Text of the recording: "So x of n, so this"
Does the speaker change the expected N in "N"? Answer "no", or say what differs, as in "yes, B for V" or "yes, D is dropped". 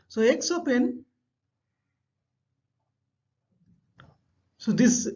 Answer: no